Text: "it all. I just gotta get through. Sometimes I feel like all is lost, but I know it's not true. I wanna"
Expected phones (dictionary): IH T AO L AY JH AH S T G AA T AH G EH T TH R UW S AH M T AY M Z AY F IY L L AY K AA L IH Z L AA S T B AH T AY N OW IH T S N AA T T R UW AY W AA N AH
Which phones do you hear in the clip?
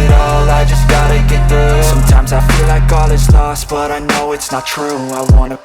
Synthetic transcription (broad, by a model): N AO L AY JH AH S G AA T AH G EH T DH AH S AH M T AY M Z AY F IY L L AY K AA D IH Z L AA S T B AH T AY N OW IH T S N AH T T R UW AY W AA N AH